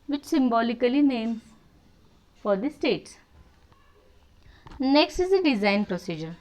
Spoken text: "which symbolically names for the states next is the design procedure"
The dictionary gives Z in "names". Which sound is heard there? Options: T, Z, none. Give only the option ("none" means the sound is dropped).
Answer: none